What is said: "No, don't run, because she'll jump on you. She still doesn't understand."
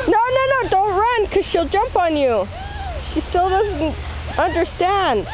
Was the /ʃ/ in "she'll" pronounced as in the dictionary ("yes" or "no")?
yes